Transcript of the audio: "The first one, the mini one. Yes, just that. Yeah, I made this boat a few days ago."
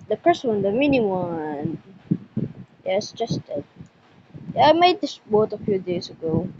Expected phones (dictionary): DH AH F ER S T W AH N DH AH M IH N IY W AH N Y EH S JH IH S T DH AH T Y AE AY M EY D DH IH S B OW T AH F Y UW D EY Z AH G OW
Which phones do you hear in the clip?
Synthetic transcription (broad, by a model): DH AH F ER S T W AH N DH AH M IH N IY W AH N Y EH S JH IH S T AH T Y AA AY M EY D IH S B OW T AH F Y UW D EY S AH G OW